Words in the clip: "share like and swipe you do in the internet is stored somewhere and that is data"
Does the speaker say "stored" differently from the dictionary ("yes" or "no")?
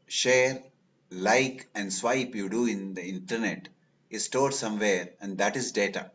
no